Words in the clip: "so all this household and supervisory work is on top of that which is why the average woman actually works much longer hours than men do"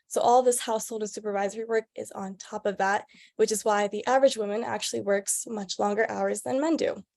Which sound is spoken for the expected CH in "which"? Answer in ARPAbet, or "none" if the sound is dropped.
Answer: CH